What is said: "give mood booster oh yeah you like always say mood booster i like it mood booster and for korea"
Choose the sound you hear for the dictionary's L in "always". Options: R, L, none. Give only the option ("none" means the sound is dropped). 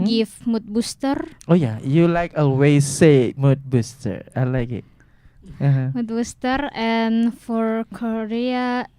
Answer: none